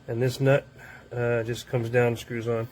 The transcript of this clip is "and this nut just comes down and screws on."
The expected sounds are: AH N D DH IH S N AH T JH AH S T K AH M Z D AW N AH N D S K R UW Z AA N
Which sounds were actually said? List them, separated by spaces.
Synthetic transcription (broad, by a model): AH N DH IH S N AH T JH AH S K AH M Z D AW AH N S K R UW Z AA N